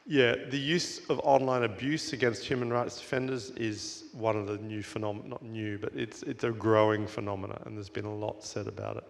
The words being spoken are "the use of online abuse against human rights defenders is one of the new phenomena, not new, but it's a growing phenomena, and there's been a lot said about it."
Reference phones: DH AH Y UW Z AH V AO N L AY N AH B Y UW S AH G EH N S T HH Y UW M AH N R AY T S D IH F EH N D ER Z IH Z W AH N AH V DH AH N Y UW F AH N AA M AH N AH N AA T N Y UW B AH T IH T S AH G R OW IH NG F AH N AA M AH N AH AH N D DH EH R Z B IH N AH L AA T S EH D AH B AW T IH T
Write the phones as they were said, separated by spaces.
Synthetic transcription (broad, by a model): DH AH Y UW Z AH V AO N L AY N AH B Y UW S AH G EH N S T HH Y UW M AH N R AY T S D IH F EH N D ER Z IH Z W AH N AH V DH AH N Y UW F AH N AA M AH N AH T N Y UW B AH T IH T S AH G R OW IH NG F AH N AA M AH N AH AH N DH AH R Z B IH N AH L AA T S EH D AH B AW T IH T